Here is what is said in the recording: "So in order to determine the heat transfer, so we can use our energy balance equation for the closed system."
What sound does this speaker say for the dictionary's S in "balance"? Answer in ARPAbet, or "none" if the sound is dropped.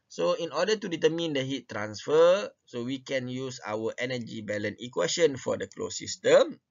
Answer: none